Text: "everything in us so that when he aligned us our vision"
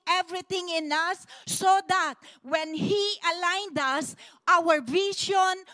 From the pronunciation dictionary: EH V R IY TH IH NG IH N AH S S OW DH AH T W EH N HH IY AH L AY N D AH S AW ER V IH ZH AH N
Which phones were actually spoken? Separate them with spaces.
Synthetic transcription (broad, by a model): EH V R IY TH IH NG IH N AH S S OW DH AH T W EH N HH IY AH L AY N D AH S AW ER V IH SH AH N